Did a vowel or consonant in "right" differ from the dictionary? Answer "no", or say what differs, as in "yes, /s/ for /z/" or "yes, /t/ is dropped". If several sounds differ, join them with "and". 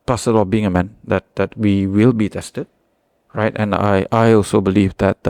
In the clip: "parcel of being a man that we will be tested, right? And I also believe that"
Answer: no